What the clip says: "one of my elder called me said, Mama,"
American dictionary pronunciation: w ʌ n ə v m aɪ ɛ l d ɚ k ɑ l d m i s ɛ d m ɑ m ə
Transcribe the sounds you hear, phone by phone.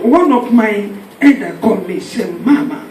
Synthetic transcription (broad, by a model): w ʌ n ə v m aɪ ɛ d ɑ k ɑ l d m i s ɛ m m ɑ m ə